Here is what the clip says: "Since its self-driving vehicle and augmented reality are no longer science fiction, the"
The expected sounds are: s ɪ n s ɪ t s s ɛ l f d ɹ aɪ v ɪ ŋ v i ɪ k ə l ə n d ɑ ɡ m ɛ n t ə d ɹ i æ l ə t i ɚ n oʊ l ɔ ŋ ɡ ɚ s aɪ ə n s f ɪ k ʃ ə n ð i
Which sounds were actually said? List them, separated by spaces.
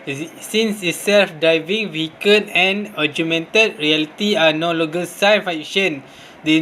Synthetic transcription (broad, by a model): s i n s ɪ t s s ɛ l f d ɹ aɪ v ɪ ŋ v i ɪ k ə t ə n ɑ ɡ m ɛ n t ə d ɹ i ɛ l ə t i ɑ n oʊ l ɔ ɡ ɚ s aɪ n f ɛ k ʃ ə n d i